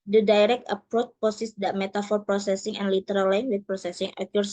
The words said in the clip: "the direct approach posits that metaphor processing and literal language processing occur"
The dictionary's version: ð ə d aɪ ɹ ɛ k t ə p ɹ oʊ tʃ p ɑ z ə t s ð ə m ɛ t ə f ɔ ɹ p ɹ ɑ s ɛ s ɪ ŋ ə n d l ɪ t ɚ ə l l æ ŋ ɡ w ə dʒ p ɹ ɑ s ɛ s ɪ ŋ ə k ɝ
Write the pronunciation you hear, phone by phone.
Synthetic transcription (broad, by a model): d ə d aɪ ɹ ɛ k t ə p ɹ oʊ tʃ p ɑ s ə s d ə m ɛ t ə f ɔ ɹ p ɹ ɑ s ɛ s ɪ ŋ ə n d l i t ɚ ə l l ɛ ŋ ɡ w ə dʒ p ɹ ɑ s ɛ s ɪ ŋ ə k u